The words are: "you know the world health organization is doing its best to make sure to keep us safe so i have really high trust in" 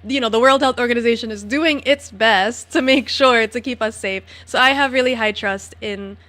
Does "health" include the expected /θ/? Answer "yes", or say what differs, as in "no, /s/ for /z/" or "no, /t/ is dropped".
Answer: yes